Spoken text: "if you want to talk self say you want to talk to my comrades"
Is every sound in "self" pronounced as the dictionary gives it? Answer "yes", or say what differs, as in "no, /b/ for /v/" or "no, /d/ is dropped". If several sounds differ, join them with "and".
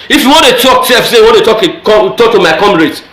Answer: no, /l/ is dropped